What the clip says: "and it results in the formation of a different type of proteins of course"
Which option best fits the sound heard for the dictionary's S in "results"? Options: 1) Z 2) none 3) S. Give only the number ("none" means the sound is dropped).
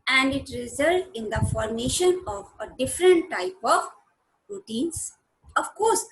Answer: 2